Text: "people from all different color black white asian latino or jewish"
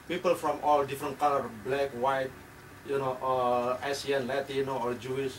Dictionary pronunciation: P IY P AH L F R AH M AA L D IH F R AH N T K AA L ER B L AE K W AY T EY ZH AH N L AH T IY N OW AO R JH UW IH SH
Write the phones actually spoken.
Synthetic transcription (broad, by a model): P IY P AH L F R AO M AA L D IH F R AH N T K AA L ER B L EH K W AY T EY S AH N L AH T IY N OW AO R JH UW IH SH